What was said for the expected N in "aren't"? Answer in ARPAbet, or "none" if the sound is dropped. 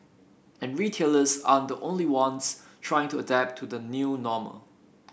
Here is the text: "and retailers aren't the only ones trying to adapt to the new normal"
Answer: none